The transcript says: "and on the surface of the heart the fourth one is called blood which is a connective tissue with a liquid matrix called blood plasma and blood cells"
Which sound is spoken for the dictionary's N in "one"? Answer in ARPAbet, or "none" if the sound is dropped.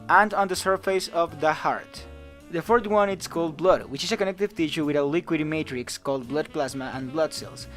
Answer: N